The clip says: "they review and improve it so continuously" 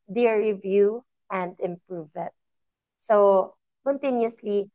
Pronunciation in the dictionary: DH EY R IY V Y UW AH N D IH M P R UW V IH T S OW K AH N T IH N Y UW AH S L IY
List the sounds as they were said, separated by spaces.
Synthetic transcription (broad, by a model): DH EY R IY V Y UW AH N D IH M P R UW V IH T S OW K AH N T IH N Y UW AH S L IY